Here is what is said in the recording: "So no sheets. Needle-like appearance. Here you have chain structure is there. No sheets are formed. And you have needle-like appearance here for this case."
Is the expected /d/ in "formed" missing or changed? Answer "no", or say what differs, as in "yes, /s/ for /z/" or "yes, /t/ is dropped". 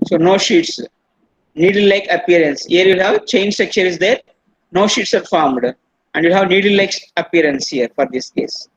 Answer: no